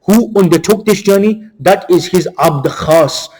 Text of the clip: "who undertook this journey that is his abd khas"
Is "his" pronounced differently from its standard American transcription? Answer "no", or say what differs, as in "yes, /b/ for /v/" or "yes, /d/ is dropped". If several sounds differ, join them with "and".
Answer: no